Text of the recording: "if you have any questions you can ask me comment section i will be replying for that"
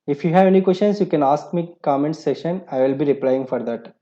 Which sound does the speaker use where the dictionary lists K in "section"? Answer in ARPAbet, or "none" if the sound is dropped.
none